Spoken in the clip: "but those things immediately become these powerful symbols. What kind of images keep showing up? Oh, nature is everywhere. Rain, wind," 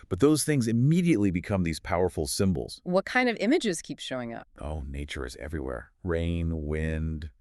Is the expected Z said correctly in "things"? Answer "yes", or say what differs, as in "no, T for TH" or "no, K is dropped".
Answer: yes